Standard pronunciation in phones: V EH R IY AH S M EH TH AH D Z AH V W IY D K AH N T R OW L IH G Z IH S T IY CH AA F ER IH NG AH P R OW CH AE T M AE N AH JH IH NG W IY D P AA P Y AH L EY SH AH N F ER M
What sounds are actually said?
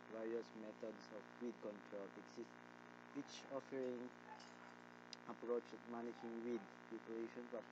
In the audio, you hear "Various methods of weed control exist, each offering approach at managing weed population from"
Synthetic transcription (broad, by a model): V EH R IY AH S M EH T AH D S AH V W IY D K AH N T R OW L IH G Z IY S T IY CH AA F ER IH NG AH P R OW CH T M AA N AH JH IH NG W IY D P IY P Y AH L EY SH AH N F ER